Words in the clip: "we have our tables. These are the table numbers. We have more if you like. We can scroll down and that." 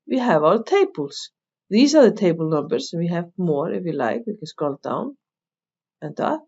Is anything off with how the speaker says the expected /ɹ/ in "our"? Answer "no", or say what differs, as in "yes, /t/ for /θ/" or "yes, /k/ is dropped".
yes, /l/ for /ɹ/